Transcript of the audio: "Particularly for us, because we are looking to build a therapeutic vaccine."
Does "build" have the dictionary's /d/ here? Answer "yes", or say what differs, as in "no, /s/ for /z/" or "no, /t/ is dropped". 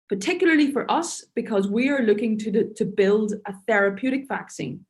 yes